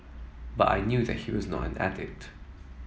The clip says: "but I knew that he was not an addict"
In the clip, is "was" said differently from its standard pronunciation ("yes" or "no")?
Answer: no